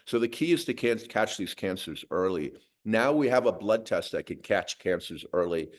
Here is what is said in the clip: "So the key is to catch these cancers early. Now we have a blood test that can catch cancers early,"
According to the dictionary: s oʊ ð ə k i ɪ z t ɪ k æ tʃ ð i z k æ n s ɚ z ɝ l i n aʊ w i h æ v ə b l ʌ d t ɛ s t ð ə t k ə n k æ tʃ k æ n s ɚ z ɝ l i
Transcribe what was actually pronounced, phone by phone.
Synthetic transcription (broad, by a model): s oʊ ð ə k i ɪ z t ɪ k æ tʃ ð i z k æ n s ɚ z ɝ l i n aʊ w i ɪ v ə b l ʌ d t ɛ s t ð ə t k ə n k æ tʃ k æ n s ɚ z ɝ l i